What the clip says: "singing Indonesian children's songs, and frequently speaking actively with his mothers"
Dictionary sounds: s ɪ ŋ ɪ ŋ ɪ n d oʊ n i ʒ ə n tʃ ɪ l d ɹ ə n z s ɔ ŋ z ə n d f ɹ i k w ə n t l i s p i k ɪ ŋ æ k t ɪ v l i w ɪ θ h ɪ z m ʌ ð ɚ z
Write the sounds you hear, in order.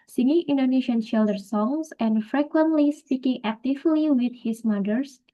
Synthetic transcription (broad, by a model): s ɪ ŋ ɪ ŋ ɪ n d oʊ n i ʃ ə n ʃ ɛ l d ə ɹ s ɔ ŋ s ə n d f ɹ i k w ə n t l i s p i k ɪ ŋ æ k t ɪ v l i w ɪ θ h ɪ s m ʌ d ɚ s